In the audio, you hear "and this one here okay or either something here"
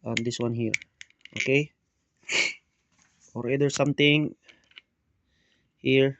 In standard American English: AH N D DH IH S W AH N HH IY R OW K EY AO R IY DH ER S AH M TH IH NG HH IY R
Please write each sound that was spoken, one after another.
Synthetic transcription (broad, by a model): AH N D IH S W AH N HH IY R OW K EY AO R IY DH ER S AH M T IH NG HH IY R